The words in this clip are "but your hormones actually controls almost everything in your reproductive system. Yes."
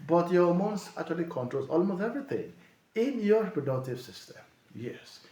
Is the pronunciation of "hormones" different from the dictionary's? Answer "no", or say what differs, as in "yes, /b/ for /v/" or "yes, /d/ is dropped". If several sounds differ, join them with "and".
yes, /s/ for /z/